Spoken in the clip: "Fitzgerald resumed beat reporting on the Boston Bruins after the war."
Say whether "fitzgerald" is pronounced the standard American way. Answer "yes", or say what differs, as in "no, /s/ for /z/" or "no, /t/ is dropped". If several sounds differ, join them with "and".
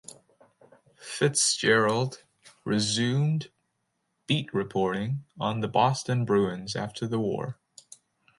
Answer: yes